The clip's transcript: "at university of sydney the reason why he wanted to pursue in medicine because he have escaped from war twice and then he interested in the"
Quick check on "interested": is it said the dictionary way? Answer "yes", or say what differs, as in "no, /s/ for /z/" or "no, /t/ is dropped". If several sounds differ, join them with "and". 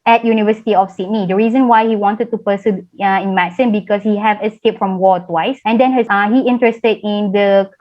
yes